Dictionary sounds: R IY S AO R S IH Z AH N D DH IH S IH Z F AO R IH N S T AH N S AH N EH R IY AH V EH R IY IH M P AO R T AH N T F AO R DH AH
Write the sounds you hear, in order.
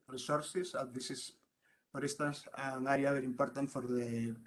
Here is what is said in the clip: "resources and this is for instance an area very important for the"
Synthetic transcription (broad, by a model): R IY S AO R S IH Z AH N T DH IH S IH S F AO R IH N S T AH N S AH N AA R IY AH B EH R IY M P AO R T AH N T F AO R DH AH